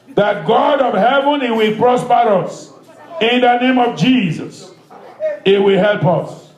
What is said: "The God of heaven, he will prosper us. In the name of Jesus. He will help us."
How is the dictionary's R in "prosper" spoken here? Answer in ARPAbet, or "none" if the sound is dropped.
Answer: R